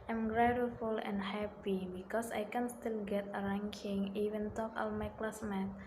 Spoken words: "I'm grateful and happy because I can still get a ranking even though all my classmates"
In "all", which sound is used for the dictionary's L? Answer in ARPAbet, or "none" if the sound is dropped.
N